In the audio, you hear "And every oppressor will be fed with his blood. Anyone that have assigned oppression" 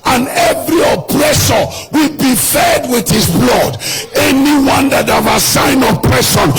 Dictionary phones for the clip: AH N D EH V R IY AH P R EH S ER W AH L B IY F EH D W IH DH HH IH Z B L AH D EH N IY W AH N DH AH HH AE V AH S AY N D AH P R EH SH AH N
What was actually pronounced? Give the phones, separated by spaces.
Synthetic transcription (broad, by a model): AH N EH V R IY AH P R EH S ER W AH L B IY F EH D W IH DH HH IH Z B L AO D EH N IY W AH N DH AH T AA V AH S AY N AH P R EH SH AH N